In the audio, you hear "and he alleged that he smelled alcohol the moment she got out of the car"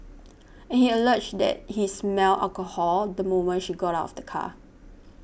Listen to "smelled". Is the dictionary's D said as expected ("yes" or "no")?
no